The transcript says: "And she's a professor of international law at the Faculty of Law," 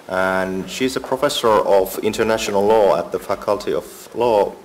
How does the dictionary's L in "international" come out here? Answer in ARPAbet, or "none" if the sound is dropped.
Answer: L